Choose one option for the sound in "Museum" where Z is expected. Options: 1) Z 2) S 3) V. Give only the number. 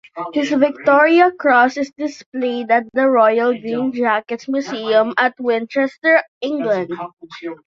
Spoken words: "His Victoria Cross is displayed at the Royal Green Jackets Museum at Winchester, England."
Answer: 2